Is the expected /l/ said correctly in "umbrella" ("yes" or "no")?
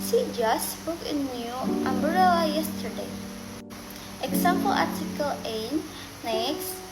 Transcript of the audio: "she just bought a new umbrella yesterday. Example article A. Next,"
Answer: no